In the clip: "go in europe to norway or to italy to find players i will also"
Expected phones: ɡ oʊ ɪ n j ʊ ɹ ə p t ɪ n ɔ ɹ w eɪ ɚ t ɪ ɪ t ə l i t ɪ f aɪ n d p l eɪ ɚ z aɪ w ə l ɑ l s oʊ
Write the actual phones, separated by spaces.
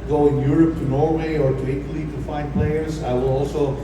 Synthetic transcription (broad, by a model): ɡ oʊ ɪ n j ʊ ɹ ə p t ɪ n ɔ ɹ w eɪ ɚ t ɪ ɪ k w l i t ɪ f aɪ n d p l eɪ ɚ z aɪ w ə l ɑ l s oʊ